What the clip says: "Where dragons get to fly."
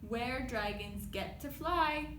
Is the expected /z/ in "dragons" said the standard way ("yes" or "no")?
yes